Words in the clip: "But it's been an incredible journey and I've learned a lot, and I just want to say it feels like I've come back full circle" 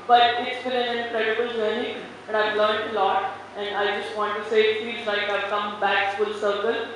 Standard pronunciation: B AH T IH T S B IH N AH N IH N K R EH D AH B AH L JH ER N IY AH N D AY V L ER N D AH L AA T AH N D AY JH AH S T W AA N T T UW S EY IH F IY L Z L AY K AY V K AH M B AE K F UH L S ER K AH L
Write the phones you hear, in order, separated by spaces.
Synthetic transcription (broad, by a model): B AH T IH T S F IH L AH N IH N K R EH D AH B AH L JH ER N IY AH N D AY V L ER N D AH L AA T AH N D AY JH AH S T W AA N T T UW S EY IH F IY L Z L AY K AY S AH M B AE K F UH L S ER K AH L